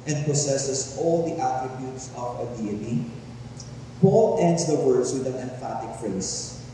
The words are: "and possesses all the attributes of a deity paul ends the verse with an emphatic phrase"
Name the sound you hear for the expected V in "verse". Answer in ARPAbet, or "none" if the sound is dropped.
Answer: W